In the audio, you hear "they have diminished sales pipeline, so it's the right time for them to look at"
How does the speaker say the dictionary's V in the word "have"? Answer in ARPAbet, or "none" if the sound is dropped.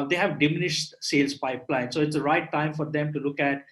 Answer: V